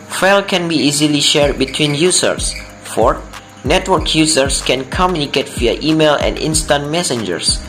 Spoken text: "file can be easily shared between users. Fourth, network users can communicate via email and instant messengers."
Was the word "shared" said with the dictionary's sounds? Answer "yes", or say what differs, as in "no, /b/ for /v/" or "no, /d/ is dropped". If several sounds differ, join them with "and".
yes